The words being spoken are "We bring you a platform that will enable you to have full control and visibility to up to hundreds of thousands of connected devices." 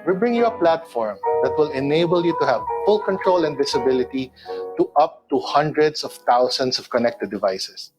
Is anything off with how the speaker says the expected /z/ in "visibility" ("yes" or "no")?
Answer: yes